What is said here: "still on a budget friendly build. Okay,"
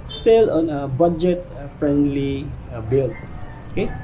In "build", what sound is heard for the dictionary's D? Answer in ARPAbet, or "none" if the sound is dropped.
none